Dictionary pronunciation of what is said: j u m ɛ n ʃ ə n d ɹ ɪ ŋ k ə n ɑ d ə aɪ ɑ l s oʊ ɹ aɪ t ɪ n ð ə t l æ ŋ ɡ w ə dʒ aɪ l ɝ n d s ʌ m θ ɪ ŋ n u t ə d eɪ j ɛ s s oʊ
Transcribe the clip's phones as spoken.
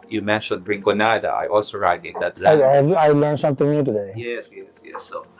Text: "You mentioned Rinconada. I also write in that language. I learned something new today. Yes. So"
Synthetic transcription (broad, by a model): j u m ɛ n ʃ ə n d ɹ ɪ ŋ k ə n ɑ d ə aɪ ɑ l s oʊ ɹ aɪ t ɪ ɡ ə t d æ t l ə aɪ l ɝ n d s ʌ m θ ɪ ŋ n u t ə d eɪ j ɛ s s oʊ